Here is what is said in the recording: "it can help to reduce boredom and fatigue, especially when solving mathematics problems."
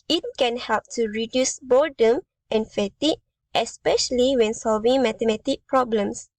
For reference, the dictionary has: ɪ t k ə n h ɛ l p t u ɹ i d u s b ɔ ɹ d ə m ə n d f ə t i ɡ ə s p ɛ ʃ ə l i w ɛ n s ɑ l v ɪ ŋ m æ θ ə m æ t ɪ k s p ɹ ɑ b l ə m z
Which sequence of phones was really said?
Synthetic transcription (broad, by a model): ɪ t k ə n h ɛ l p t u ɹ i d u s b ɔ d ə m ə n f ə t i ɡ ə s p ɛ ʃ ə l i w ɛ n s ɑ l v ɪ ŋ m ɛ t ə m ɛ t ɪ k p ɹ ɑ b l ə m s